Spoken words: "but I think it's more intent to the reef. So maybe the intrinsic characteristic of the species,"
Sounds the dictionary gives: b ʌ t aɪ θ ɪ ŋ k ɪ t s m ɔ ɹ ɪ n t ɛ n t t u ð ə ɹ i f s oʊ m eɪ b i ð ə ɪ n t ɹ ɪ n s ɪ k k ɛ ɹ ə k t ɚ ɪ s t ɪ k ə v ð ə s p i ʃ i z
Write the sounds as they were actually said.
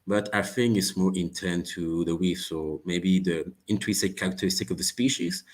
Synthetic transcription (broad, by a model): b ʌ t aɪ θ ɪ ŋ ɪ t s m ɔ ɹ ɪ n t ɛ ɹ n t u ð ə w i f s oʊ m eɪ b i ð ə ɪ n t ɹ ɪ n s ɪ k k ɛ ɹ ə k t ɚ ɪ s t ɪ k ə v ð ə s p i ʃ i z